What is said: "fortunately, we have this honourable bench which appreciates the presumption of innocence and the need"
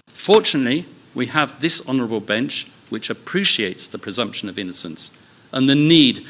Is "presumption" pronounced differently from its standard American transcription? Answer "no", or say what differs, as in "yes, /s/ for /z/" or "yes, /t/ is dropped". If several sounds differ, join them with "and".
no